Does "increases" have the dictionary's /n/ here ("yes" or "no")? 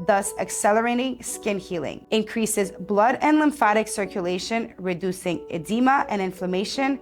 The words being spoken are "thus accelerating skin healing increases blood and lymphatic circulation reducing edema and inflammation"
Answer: yes